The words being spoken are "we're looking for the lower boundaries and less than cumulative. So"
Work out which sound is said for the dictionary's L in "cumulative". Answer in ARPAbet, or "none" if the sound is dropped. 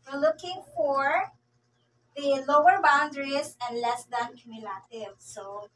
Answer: L